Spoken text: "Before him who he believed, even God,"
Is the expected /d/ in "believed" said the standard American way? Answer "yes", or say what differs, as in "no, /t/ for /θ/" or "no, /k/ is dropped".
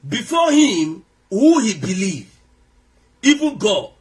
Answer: no, /d/ is dropped